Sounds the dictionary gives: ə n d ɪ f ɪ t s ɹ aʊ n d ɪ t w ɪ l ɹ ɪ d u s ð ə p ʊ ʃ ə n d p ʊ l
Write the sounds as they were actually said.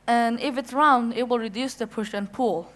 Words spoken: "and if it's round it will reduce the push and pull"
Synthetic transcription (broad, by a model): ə n ɪ f ɪ t s ɹ aʊ n d ɪ t w ɪ l ɹ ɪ d u s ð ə p ʊ ʃ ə n p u l